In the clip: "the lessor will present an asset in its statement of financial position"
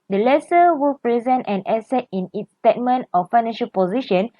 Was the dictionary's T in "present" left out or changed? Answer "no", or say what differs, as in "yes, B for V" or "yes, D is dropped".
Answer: no